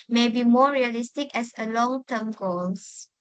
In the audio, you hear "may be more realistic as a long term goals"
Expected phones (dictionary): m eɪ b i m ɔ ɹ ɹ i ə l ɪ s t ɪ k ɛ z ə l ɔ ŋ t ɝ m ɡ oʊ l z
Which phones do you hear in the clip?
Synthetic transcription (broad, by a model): m eɪ b i m ɔ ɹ ɹ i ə l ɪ s t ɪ k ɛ s ə l ɔ ŋ t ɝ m ɡ oʊ l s